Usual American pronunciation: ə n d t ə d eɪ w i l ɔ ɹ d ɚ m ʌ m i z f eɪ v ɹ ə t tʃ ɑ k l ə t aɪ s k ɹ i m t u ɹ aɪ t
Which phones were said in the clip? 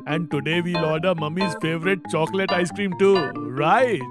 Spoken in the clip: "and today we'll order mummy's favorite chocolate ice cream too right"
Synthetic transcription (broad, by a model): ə n d t ə d eɪ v i l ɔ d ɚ m ʌ m i z f eɪ v ɹ ə t tʃ ɑ k l ə t aɪ s k ɹ i m t u ɹ aɪ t